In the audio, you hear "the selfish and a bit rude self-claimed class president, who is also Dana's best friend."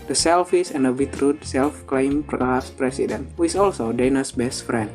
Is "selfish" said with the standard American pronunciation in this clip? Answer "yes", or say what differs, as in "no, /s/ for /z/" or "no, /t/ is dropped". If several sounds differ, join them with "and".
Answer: no, /s/ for /ʃ/